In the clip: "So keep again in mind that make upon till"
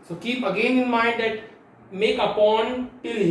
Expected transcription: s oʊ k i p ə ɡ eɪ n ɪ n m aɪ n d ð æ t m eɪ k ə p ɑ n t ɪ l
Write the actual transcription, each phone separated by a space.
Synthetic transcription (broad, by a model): s oʊ k i p ə ɡ eɪ n ɪ n m aɪ n d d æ t m eɪ k ə p ɑ n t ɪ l